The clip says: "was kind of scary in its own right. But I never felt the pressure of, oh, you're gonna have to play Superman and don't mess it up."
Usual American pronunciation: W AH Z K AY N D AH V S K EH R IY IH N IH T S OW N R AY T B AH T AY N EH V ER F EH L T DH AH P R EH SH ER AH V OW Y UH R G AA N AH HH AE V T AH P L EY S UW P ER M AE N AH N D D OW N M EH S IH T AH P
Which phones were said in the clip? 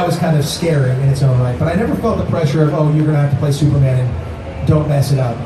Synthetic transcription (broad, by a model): W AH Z K AY N D AH V S K EH R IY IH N IH T S OW N L AY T B AH T AY N EH V ER F EH L T DH AH P R EH SH ER AH V OW Y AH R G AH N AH HH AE F T AH P L EY S UW P ER M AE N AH N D D OW N M EH S IH T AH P